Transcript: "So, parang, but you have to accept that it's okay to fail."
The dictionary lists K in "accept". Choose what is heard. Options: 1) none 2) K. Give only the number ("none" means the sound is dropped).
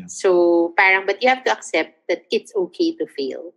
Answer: 2